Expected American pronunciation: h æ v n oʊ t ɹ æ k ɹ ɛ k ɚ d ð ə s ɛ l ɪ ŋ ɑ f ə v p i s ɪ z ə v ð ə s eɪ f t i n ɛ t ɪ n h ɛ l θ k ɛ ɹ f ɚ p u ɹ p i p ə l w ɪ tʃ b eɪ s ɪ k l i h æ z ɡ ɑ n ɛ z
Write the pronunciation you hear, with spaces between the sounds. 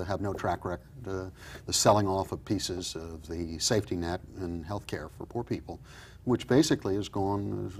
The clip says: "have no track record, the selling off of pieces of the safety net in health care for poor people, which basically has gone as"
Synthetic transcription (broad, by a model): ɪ v n oʊ t ɹ æ k ɹ ɛ k ɚ d ð ə s ɛ l ɪ ŋ ɑ f ə v p i s ɪ z ə v ð ə s eɪ f t i n ɛ t ɪ n h ɛ l θ k ɛ ɹ f ɚ p u ɹ p i p l w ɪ tʃ b eɪ s ɪ k l i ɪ z ɡ ɑ n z